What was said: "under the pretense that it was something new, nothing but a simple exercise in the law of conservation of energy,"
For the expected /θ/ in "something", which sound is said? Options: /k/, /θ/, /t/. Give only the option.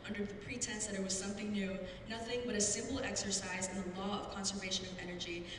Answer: /θ/